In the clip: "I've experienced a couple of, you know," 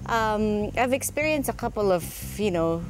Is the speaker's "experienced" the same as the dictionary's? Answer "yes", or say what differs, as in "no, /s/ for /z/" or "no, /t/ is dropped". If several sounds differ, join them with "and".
yes